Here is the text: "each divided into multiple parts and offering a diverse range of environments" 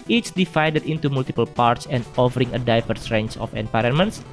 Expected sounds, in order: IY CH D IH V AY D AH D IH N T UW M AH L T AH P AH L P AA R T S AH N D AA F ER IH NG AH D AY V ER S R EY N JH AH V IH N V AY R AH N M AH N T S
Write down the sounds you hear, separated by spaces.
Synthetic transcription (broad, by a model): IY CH D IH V AY D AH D IH N T UW M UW L T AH P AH L P AA R T S AH N D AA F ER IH NG AH D AY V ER S R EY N CH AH F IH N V AY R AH N M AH N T S